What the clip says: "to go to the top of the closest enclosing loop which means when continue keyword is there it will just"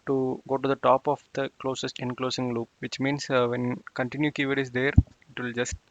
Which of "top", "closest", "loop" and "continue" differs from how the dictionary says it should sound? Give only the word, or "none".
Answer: none